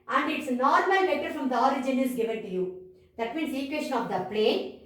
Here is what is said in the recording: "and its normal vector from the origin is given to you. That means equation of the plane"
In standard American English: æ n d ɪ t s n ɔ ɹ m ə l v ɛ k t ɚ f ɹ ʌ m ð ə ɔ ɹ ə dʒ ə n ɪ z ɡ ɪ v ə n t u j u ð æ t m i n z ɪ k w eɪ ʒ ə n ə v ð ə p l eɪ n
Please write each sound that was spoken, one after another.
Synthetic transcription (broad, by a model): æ n d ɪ t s n ɔ ɹ m ə l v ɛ t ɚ f ɹ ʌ m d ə ɔ ɹ ə dʒ ə n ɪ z ɡ ɪ v ə n t u j u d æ t m i n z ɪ k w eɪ ʃ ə n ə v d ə p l eɪ n